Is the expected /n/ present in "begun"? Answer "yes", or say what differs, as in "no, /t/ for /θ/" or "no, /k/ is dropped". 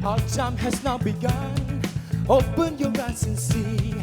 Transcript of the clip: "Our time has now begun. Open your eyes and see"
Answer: yes